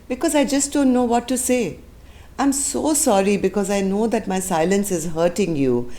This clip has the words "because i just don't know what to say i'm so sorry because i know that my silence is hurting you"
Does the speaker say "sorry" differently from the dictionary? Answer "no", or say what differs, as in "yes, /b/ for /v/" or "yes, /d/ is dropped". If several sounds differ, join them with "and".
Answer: no